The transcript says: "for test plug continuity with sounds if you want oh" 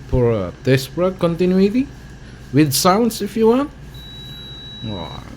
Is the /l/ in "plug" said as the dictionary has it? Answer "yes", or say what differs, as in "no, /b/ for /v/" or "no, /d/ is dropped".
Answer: no, /l/ is dropped